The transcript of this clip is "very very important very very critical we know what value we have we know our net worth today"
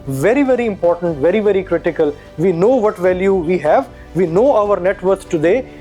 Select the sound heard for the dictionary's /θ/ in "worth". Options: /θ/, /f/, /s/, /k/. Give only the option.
/s/